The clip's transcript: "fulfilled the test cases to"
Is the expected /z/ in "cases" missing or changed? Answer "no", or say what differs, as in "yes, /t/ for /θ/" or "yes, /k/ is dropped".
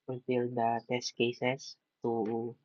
yes, /s/ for /z/